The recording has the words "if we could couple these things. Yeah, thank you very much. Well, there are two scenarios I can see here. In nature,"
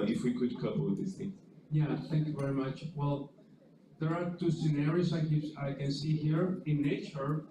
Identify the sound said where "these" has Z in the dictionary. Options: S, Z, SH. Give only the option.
S